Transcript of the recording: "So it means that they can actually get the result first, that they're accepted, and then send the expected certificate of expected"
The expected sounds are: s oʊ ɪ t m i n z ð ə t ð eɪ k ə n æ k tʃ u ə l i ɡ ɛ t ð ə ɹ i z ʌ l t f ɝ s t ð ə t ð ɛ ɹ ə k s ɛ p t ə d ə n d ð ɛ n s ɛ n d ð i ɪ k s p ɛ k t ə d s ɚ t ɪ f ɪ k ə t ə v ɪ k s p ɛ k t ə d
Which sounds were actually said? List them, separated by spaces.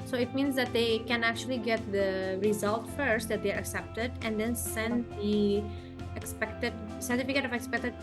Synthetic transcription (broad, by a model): s oʊ ɪ t m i n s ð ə t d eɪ k ə n æ k tʃ u ə l i ɡ ɛ t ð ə ɹ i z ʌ l t f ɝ s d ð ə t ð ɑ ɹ ə k s ɛ p t ə d ə n d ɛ n s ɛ n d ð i ɪ k s p ɛ k t ə d s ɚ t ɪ f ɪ k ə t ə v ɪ k s p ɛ k t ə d